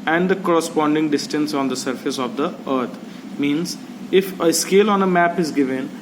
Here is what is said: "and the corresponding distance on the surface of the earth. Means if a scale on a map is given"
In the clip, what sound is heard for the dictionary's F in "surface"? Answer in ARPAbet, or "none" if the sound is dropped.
F